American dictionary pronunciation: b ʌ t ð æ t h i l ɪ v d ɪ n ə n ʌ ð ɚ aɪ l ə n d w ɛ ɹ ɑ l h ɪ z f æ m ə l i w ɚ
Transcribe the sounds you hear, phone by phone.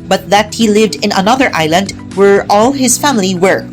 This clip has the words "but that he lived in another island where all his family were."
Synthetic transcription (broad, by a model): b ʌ t ð æ t h i l ɪ v d ɪ n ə n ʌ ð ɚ aɪ l ə n d w ɛ ɹ ɑ l h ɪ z f æ m ə l i w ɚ